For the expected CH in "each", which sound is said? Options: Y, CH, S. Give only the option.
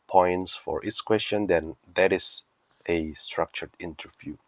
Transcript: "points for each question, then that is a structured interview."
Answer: S